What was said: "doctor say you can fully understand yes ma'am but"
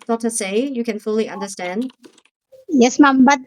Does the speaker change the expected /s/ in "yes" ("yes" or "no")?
no